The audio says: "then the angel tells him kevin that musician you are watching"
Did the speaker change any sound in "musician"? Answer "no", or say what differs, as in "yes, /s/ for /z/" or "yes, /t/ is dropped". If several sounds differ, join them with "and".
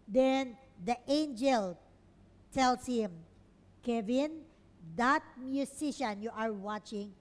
yes, /s/ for /z/